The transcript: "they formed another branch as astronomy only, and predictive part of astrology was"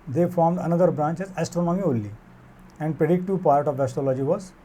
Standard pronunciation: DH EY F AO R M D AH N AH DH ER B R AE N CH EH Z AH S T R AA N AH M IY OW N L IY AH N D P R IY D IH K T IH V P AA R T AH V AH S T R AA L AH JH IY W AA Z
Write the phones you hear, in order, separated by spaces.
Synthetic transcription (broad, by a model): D EY F AO R M D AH N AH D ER B R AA N CH EH Z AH S T R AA N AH M IY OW L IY AH N D P R IY D IH K T IH V P AA R T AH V AH S T R AA L AH JH IY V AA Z